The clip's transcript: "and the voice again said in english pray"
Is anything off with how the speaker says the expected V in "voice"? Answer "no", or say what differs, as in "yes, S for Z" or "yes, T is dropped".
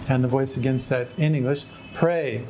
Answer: no